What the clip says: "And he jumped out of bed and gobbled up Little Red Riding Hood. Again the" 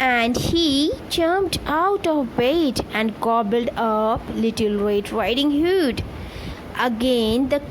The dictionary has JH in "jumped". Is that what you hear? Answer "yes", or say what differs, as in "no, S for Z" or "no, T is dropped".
no, CH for JH